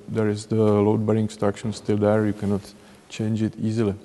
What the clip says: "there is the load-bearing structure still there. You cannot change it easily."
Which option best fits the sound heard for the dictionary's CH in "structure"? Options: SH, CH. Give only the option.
SH